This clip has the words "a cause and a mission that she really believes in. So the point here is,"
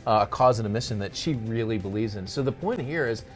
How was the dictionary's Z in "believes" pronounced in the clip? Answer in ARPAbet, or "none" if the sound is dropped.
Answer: Z